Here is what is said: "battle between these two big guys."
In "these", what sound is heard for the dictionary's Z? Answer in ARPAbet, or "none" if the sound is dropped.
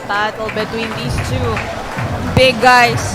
S